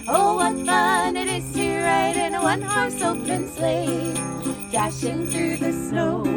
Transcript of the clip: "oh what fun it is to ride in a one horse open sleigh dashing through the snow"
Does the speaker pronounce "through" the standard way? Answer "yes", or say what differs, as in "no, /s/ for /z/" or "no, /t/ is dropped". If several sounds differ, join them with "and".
yes